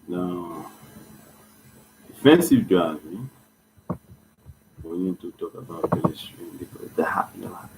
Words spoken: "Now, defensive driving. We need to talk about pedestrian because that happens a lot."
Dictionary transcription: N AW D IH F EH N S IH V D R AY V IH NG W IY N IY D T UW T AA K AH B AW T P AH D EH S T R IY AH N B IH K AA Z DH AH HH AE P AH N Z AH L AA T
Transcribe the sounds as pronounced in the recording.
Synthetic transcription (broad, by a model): N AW D IH F EH N S IH V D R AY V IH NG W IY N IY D T UW T AA K AH B AW T B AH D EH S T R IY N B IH K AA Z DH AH HH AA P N AH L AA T